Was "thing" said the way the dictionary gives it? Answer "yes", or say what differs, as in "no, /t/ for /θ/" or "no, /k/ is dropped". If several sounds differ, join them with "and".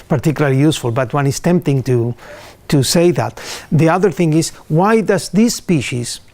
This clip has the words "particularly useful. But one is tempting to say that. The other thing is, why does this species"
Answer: yes